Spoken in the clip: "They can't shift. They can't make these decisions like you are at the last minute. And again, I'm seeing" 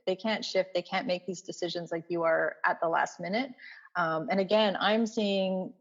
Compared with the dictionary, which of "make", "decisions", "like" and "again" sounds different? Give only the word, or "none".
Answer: none